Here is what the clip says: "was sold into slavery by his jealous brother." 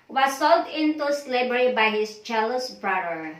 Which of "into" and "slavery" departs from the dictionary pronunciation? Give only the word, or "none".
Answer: slavery